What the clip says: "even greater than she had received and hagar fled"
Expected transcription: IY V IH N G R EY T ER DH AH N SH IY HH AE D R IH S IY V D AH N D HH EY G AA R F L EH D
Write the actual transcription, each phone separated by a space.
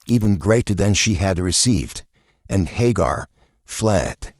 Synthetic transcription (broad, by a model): IY V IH N G R EY T ER DH AH N SH IY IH D R IH S IY V D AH N HH EY G AA R F L EH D